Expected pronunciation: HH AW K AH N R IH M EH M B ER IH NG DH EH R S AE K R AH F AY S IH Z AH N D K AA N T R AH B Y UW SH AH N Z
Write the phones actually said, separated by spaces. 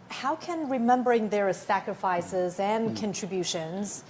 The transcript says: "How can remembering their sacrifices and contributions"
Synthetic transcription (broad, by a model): HH AW K AH N R IH M EH M B ER IH NG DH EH R S AE K R AH F AY S IH Z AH N K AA N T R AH B Y UW SH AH N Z